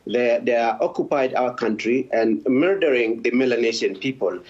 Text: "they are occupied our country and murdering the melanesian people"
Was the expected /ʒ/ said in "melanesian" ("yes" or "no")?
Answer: no